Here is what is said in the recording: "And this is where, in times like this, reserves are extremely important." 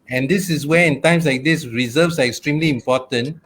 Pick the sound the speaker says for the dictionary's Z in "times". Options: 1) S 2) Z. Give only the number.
1